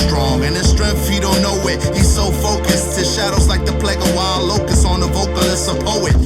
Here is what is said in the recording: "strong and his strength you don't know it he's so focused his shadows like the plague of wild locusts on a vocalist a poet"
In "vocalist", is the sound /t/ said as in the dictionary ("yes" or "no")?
no